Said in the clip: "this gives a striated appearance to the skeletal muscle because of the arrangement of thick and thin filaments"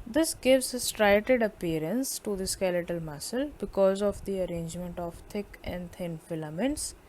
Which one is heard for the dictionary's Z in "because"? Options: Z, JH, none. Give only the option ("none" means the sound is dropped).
Z